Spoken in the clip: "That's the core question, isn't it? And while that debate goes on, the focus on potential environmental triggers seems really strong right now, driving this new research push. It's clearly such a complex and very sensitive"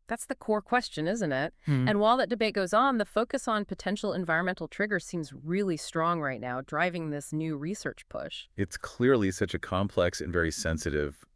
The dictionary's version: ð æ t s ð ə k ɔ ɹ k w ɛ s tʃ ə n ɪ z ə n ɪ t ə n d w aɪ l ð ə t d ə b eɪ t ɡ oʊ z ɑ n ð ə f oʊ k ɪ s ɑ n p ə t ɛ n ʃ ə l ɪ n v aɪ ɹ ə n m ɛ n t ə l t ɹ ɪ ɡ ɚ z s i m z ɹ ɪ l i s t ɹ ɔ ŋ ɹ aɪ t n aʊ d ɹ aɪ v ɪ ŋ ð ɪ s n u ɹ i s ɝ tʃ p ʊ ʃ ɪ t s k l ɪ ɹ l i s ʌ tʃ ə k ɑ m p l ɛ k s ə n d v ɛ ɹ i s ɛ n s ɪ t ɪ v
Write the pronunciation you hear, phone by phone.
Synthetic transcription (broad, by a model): ð æ t s ð ə k ɔ ɹ k w ɛ s tʃ ə n ɪ z ə n ɪ t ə n w aɪ l ð ə t d ə b eɪ t ɡ oʊ z n ð ə f oʊ k ɪ s n p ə t ɛ n ʃ l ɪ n v aɪ ɹ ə n m ɛ n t l t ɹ ɪ ɡ ɚ s i m z ɹ ɪ l i s t ɹ ɔ ŋ ɹ aɪ t n aʊ d ɹ aɪ v ɪ ŋ ð ɪ s n u ɹ i s ɝ tʃ p ʊ ʃ ɪ t s k l ɪ ɹ l i s ʌ tʃ ə k ɑ m p l ɛ k s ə n v ɛ ɹ i s ɛ n s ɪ t ɪ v